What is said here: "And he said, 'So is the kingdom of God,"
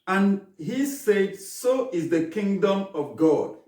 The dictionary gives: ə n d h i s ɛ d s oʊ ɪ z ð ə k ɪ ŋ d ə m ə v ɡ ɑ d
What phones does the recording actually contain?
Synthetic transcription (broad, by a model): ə n h i s ɛ d s oʊ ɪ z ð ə k ɪ ŋ d ə m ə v ɡ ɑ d